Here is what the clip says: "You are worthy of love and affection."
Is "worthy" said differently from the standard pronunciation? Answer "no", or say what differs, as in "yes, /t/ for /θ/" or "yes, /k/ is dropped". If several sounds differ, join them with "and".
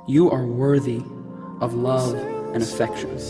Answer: no